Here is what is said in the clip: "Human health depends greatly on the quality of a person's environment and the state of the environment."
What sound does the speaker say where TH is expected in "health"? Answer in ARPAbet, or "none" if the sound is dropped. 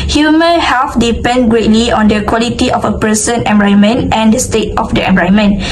F